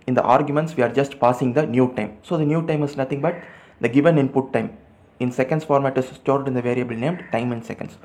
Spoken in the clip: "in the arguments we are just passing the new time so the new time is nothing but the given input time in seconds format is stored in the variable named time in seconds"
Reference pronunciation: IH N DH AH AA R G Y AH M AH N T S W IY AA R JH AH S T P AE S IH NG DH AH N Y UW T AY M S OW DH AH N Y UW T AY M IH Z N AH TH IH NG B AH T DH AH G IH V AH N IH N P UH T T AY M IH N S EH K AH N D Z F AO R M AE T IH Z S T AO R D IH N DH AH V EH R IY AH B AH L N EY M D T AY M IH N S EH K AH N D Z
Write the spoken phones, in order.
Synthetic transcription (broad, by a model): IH N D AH AA R G Y AH M AH N T S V IY AA R JH AH S T P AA S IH NG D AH N Y UW T AY M S OW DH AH N Y UW T AY M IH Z N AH T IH NG B AH T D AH G IH V AH N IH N P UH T T AY M IH N S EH K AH N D S F AO R M AE T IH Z S T AO R D IH N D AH V EH R IY AH B AH L N EY M D T AY M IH N S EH K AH N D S